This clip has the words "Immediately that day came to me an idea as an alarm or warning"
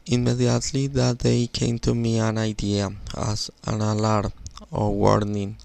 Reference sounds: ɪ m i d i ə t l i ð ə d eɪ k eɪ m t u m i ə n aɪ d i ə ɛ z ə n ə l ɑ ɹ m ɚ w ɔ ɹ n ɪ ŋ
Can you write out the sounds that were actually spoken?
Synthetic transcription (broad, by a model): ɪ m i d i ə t l i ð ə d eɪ k eɪ m t u m i ə n aɪ d i ə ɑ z ə n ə l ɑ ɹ ɚ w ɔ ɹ n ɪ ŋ